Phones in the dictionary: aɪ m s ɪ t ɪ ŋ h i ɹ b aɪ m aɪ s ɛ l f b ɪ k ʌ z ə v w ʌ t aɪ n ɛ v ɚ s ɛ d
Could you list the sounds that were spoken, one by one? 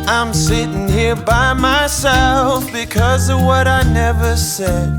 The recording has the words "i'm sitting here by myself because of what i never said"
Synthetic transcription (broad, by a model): aɪ m s ɪ t ɪ ŋ h i ɹ b aɪ m aɪ s ɛ l f b ɪ k ʌ z ə v w ʌ t aɪ n ɛ v ɚ s ɛ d